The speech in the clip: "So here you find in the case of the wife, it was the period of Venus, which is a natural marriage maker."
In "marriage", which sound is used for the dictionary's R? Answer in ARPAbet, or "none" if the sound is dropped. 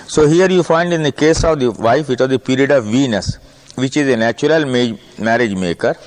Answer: R